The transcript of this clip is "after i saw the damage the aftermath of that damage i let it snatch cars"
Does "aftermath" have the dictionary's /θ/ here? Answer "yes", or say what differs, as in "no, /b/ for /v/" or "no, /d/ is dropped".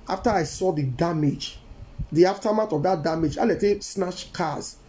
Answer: no, /t/ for /θ/